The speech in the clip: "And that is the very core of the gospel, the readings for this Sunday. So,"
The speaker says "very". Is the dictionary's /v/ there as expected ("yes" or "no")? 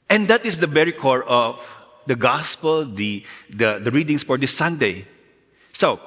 no